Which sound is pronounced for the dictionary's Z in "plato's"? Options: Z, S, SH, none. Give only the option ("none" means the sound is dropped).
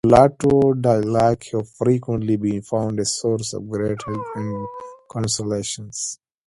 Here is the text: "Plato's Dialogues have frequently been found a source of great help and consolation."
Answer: none